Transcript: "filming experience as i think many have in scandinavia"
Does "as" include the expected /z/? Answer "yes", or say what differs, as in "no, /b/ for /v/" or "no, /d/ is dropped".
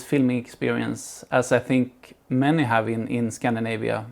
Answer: no, /s/ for /z/